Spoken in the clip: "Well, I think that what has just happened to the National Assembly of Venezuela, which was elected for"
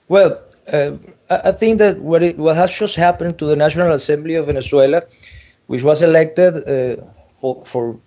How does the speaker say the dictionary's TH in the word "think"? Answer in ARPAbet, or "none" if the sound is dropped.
TH